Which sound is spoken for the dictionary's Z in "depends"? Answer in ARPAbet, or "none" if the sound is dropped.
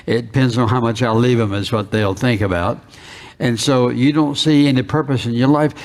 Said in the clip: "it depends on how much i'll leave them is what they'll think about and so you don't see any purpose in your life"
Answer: Z